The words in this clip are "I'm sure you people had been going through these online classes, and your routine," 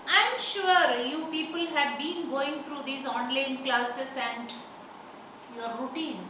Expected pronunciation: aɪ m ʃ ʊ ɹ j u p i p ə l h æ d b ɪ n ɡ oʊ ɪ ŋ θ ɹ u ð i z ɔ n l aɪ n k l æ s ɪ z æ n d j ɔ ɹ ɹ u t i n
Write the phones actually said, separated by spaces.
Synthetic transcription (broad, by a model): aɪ m ʃ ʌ ɹ j u p i p ə l h æ d b ɪ n ɡ oʊ ɪ ŋ t ɹ u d i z ɔ n l aɪ n k l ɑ s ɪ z æ n d j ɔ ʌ ɹ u t i n